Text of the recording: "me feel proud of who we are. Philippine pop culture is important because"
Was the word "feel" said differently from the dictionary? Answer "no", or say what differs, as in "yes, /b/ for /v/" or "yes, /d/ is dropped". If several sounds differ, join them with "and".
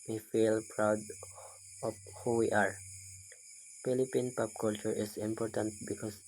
no